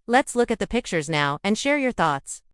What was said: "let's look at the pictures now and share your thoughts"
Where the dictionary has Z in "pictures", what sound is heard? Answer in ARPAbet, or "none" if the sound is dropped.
Z